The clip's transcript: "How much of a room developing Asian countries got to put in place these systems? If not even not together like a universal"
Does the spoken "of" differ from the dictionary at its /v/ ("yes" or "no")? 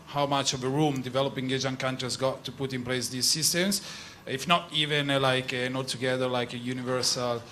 no